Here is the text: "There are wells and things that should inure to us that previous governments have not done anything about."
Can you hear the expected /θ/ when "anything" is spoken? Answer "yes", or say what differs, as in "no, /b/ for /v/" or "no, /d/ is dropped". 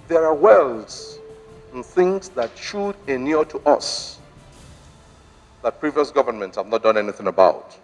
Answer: yes